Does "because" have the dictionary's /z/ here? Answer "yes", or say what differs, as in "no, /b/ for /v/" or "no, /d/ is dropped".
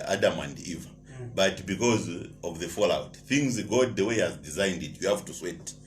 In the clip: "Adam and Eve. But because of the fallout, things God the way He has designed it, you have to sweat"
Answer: yes